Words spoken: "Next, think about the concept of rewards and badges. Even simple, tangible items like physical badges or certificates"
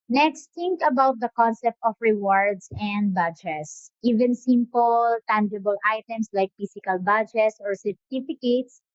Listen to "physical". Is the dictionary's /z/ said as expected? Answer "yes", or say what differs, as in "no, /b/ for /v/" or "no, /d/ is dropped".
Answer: no, /s/ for /z/